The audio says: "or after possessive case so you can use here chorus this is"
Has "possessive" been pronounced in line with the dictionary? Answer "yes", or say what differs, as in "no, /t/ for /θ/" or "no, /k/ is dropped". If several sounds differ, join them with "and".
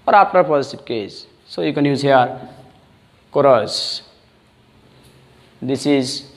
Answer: no, /p/ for /v/